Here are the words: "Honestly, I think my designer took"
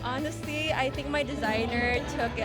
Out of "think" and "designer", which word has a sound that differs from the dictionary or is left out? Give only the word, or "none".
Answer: none